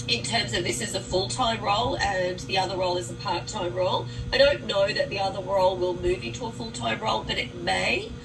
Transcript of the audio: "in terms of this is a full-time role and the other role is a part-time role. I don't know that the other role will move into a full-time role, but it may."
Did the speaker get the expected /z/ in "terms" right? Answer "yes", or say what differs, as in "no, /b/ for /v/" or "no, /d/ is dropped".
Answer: yes